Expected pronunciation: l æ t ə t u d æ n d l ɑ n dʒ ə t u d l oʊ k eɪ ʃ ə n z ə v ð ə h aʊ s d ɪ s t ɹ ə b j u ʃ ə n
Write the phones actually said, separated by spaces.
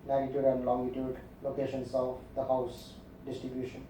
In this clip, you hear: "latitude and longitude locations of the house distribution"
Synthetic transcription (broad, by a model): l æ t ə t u d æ n d l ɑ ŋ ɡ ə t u d l oʊ k eɪ ʃ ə n s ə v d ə h aʊ s d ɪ s t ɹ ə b j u ʃ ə n